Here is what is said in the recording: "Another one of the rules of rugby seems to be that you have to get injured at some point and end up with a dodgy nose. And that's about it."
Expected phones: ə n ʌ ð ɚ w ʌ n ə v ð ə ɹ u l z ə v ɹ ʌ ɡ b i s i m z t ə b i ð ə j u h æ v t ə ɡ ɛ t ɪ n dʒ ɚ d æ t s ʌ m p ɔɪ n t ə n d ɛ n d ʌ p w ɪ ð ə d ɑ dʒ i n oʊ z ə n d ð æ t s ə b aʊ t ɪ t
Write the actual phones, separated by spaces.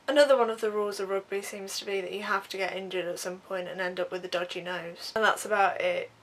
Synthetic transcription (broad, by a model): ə n ʌ ð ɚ w ʌ n ə v ð ə ɹ u l z ə v ɹ ʌ ɡ b i s i m z t ə b i ð ə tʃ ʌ h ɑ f t ə ɡ ɛ t ɪ n dʒ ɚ d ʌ t s ʌ m p ɔɪ n t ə n ɛ n d ʌ p w ɪ ð ə d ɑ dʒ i n oʊ z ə n ð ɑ t s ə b aʊ t ɪ t